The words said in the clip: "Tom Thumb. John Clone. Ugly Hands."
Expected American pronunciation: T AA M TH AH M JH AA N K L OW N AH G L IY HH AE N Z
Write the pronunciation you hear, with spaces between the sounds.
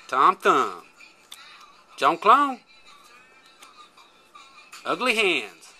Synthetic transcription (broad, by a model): T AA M T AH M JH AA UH K L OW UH AH G L IY HH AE N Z